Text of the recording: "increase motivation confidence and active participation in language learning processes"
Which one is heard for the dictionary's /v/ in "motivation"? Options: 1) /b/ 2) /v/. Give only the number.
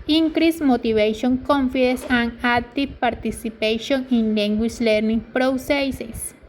1